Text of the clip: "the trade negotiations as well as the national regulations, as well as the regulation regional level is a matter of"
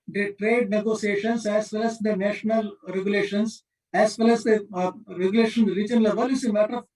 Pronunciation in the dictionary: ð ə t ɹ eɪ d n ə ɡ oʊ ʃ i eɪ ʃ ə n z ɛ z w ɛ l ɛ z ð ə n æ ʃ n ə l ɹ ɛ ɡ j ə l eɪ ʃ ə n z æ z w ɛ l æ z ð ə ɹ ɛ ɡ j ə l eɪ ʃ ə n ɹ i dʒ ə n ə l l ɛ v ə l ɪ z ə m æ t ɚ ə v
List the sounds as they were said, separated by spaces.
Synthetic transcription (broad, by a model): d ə t ɹ eɪ d n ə ɡ oʊ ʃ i eɪ ʃ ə n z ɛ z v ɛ l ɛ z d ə n æ ʃ n ə l ɹ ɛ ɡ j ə l eɪ ʃ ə n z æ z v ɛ l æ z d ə ɹ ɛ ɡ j l eɪ ʃ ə n ɹ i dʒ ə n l l ɛ v ə l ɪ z ə m æ t ɚ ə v